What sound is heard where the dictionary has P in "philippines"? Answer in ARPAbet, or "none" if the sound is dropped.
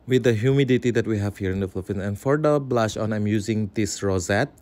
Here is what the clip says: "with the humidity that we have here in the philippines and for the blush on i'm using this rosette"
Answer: F